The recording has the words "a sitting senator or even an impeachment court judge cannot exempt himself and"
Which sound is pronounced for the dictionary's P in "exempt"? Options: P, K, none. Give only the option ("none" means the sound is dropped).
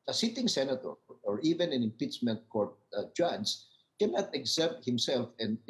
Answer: none